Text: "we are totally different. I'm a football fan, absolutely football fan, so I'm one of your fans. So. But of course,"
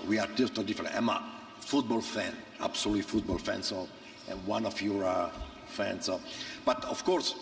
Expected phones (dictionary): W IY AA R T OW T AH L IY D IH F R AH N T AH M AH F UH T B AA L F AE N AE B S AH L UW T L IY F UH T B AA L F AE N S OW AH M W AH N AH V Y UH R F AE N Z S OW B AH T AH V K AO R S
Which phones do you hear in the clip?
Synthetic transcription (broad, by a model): W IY AA R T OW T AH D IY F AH R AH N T AH M AH F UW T B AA L F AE N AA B S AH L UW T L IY F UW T B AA L F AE N S OW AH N W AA N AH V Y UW R F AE N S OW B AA T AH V K AO R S